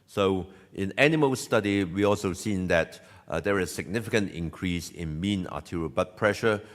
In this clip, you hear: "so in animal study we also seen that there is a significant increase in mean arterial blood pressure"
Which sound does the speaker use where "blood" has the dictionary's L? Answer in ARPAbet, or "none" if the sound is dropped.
none